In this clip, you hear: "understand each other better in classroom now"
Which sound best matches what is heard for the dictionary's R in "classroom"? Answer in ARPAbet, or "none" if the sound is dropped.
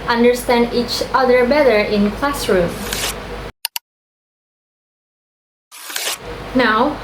R